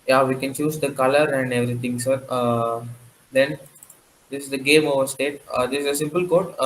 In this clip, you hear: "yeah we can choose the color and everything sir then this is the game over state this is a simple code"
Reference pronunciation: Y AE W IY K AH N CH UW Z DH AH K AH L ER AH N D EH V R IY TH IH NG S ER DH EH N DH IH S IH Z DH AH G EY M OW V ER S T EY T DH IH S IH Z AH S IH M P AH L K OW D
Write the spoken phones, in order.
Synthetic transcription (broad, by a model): Y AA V IY K AH N CH UW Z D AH K AH L ER AH N D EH V R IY T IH NG S ER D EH N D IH S IH Z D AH G EY M OW V ER S T EY T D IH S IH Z AH S IH M P AH L K OW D